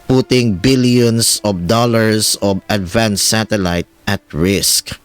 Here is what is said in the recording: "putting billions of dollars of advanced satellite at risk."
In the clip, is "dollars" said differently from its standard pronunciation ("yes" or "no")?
yes